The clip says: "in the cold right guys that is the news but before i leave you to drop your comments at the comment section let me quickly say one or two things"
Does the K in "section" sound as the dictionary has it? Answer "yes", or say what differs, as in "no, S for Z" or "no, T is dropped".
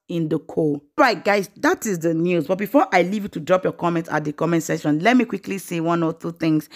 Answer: no, K is dropped